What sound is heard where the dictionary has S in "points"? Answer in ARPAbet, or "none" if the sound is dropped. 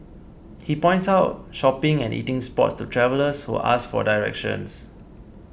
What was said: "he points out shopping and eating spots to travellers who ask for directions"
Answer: S